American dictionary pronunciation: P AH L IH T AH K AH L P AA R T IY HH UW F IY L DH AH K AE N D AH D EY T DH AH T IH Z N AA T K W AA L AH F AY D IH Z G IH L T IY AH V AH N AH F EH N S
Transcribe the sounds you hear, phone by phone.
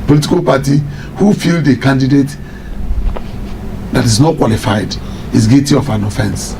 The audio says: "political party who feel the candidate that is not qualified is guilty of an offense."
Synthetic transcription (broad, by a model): P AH L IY T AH K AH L P AA T IY HH UW F IY L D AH K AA N D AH D EY T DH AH T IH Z N AA T K W AA L AH F AY D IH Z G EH T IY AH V AH N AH F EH N S